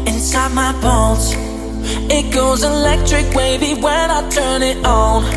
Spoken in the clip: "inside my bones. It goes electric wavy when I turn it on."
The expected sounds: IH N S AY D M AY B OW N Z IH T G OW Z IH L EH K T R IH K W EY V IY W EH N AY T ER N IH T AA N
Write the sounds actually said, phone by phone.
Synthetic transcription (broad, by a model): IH N S AY D M AY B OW L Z IH T G OW Z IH L EH K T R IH K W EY B IY W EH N AY T ER N IH T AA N